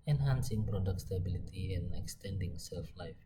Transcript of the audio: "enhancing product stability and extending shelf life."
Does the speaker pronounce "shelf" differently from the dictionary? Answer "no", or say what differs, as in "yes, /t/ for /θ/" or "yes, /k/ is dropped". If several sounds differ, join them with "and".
yes, /s/ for /ʃ/